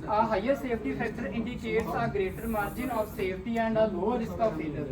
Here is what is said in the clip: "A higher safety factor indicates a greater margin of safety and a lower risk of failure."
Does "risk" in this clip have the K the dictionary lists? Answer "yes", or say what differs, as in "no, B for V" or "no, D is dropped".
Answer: yes